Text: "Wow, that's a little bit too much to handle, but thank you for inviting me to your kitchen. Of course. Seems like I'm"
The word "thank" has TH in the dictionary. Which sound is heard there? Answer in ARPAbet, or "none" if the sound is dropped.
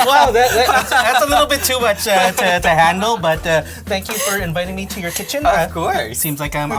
TH